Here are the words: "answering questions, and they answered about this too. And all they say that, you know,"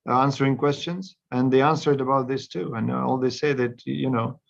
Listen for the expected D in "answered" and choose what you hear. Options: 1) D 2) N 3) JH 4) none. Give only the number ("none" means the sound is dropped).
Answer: 1